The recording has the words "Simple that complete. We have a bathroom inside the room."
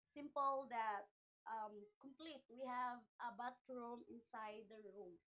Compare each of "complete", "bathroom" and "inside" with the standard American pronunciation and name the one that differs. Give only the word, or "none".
bathroom